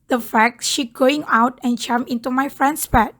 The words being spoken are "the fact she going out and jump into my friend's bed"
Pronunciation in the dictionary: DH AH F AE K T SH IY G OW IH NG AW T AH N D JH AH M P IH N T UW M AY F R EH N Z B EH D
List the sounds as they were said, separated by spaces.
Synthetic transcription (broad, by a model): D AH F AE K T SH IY G OW IH NG AW T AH N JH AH M IH N T UW M AY F R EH N S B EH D